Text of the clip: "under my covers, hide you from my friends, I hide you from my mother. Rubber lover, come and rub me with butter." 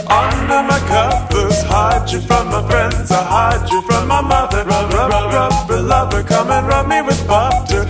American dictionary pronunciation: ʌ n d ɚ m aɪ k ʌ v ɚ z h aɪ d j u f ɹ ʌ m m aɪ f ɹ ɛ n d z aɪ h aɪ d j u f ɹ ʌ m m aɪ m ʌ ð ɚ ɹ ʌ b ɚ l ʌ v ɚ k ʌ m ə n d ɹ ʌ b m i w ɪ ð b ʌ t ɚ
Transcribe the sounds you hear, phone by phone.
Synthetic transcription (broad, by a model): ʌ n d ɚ m aɪ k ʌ p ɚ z h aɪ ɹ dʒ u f ɹ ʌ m m aɪ f ɹ ɛ n d z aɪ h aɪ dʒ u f ɹ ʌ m m aɪ m ʌ ð ɚ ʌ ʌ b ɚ l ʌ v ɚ k ʌ m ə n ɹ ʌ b m i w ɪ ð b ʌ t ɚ